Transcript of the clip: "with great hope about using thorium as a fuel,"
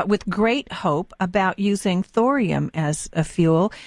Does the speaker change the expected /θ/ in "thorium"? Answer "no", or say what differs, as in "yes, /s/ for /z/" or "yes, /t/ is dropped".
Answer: no